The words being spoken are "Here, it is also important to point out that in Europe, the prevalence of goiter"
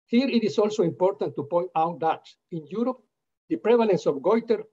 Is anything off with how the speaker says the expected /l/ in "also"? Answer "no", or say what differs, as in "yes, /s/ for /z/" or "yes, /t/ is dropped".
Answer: no